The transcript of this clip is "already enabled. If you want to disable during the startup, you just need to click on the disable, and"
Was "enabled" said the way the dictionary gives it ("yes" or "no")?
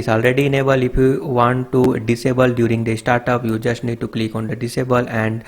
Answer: no